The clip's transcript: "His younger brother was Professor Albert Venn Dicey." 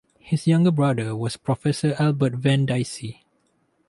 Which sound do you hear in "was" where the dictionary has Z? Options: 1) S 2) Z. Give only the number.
1